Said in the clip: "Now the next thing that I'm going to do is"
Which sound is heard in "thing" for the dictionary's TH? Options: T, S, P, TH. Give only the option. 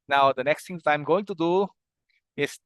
T